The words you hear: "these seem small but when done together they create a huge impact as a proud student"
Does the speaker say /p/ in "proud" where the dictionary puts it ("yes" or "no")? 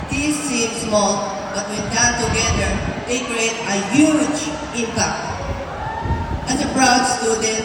no